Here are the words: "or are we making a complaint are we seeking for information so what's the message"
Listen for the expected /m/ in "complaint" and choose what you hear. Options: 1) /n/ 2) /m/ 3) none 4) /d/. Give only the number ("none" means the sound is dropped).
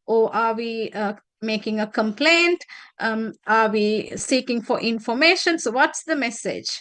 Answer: 2